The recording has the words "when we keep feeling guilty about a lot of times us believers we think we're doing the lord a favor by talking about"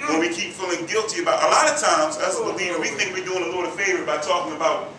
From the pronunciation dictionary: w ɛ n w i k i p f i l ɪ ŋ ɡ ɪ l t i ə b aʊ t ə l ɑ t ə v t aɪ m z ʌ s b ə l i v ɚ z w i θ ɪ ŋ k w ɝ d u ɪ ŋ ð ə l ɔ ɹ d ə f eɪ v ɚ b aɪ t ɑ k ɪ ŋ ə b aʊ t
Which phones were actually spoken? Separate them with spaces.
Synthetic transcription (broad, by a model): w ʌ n w i k i p f i l ɪ ŋ ɡ ɪ l t i ə b aʊ t ə l ɑ t ə v t aɪ m z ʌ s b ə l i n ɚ w i θ ɪ ŋ k w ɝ d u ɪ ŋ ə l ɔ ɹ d ə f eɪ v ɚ b aɪ t ɑ k ɪ ŋ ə b aʊ t